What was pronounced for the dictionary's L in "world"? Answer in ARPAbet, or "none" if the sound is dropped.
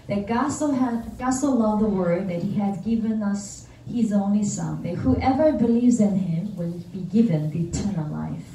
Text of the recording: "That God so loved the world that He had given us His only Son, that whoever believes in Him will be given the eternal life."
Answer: none